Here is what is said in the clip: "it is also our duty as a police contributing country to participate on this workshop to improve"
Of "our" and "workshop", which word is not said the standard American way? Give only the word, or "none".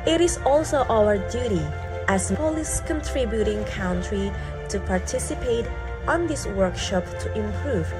none